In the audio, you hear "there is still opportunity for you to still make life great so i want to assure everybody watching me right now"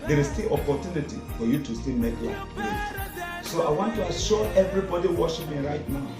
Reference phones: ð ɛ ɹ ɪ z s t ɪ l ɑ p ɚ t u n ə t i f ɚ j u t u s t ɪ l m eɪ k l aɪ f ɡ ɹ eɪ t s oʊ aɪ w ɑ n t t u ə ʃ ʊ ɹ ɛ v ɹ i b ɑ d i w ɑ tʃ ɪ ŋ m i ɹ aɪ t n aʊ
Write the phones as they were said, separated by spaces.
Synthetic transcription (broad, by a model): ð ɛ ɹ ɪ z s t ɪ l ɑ p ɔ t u n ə t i f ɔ j u t u s t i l m eɪ k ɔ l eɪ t s oʊ aɪ w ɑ n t t u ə ʃ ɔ ɛ v ɹ i b ɑ d i w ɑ ʃ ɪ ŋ m i ɹ aɪ t n aʊ